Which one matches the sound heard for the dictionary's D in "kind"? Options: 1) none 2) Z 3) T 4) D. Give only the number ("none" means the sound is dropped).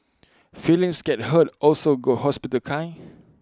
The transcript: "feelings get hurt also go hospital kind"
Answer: 1